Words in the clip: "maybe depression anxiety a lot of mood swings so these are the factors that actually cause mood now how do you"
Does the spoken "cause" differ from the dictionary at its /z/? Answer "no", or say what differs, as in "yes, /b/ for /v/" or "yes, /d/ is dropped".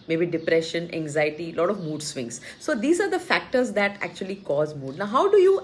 no